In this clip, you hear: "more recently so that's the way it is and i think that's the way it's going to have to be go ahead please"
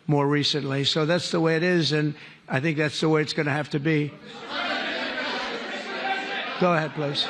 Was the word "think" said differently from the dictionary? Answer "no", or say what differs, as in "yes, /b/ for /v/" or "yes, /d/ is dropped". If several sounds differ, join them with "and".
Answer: no